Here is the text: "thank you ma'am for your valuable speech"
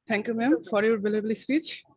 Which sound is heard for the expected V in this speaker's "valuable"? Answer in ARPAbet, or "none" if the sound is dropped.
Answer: B